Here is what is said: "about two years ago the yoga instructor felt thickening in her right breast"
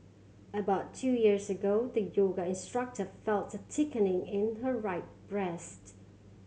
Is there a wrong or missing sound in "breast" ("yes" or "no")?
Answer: no